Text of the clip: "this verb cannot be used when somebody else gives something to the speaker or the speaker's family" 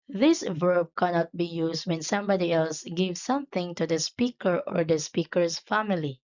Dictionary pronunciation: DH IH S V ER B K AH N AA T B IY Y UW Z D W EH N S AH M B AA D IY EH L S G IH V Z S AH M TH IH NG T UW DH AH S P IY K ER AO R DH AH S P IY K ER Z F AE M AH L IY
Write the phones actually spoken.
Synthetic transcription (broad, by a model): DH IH S V ER B K AH N AA T B IY Y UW S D W EH N S AH M B AA D IY EH L S G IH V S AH M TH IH NG T UW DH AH S P IY K ER AO R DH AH S P IY K ER S F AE M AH L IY